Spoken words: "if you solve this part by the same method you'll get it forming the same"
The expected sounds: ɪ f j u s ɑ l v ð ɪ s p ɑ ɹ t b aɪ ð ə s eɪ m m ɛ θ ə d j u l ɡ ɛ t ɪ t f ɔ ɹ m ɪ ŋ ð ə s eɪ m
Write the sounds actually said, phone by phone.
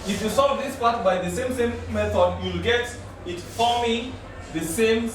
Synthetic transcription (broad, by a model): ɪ f j u s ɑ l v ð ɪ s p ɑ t b aɪ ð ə s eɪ m m ɛ θ ə d j u l ɡ ɛ t ɪ t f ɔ m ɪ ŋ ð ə s eɪ m